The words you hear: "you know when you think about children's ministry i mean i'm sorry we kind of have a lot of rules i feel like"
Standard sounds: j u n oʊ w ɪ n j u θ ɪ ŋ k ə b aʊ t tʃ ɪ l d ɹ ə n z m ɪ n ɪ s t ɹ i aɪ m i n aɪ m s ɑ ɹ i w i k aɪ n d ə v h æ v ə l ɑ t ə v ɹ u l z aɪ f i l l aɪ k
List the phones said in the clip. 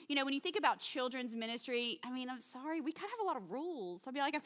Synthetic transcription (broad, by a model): j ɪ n oʊ w ɪ n j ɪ θ ɪ ŋ k ə b aʊ t tʃ ɪ l d ɹ ə n z m ɪ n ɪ s t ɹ i aɪ m i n aɪ m s ɑ ɹ i w i k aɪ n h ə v v ə l ɑ t ə v ɹ u l z aɪ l i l l aɪ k